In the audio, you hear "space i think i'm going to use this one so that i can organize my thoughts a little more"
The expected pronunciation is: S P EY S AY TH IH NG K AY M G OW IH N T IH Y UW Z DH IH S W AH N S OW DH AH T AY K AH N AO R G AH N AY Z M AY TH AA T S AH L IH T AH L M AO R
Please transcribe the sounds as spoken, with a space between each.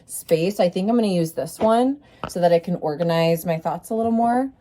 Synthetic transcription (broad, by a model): S P EY S AY TH IH NG K AY M G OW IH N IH Y UW Z DH IH S W AH N S OW DH AH T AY K AH N AO R G AH N AY Z M AY TH AA T S AH L IH T L M AO R